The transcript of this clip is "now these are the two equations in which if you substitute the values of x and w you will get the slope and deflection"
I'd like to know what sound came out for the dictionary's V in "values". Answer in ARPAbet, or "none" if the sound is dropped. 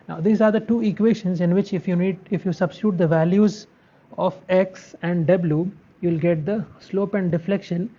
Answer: V